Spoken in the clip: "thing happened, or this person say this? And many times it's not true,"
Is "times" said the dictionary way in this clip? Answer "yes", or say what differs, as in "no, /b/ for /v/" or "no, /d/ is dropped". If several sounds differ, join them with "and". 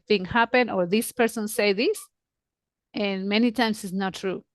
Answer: no, /s/ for /z/